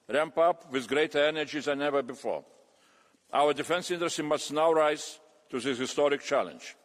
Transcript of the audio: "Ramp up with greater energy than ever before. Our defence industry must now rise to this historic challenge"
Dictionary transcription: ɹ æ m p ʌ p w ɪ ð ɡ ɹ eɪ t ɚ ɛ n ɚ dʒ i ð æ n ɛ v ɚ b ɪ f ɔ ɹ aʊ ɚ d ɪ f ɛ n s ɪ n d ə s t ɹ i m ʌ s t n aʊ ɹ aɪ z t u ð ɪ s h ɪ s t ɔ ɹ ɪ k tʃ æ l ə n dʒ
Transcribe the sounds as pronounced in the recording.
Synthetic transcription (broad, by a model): ɹ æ m p ʌ p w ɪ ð ɡ ɹ eɪ t ɚ ɛ n ɚ dʒ i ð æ n ɛ v ɚ b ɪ f ɔ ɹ aʊ ɚ d ɪ f ɛ n s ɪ n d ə s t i m ʌ s t n aʊ ɹ aɪ z t u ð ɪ h ɪ s t ɔ ɹ ɪ k tʃ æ l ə n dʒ